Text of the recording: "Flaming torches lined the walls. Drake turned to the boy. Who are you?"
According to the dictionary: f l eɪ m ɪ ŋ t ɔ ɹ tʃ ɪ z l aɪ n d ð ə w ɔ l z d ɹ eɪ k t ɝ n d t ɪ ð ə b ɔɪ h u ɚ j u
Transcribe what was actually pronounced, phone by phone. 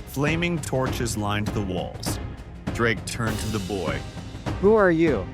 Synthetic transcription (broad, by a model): f l eɪ m ɪ ŋ t ɔ ɹ tʃ ɪ z l aɪ n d ð ə w ɔ l z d ɹ eɪ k t ɝ n t ɪ ð ə b ɔɪ h u ɚ j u